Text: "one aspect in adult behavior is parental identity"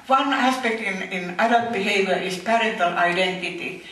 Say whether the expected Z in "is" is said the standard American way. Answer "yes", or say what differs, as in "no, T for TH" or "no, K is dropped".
no, S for Z